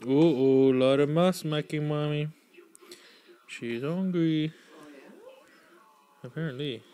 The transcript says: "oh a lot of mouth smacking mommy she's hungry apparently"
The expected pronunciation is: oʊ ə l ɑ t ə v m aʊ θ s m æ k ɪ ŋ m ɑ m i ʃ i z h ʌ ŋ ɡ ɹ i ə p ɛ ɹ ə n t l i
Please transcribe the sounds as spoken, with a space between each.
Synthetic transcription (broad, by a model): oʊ ə l ɑ t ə m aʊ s m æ k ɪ m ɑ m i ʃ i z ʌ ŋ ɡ i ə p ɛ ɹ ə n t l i